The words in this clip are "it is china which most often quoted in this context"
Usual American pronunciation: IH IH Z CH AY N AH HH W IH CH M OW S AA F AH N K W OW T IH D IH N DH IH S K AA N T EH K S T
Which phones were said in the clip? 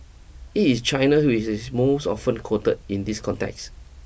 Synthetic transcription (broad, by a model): IH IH S CH AY N AH HH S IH S M OW S AA F AH N K OW T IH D IH N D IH S K AA N T EH K S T